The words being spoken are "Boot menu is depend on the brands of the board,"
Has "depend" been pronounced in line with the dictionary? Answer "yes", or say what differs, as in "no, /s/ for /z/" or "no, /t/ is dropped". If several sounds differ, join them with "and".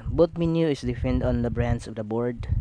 no, /f/ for /p/